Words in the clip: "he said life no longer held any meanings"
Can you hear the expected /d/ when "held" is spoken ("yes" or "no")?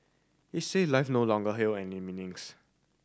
no